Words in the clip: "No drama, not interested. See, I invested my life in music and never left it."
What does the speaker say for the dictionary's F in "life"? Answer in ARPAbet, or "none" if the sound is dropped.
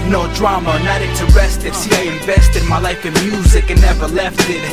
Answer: F